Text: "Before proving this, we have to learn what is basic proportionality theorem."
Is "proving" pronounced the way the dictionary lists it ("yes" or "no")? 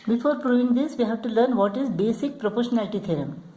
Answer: yes